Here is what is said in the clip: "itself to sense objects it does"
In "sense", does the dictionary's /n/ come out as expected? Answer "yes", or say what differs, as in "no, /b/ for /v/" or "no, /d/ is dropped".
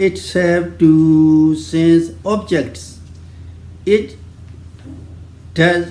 yes